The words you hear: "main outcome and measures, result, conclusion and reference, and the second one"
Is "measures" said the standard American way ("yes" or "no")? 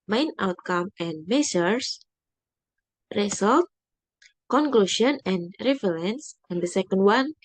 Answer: no